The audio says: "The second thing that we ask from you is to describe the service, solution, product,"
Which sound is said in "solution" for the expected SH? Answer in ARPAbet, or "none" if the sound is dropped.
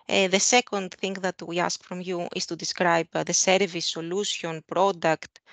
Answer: S